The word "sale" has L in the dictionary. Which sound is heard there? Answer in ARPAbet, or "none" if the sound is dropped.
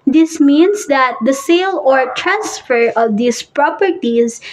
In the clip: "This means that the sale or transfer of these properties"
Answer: L